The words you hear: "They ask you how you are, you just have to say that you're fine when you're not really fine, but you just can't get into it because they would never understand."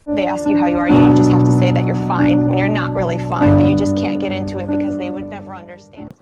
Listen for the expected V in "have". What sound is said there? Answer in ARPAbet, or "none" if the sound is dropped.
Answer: F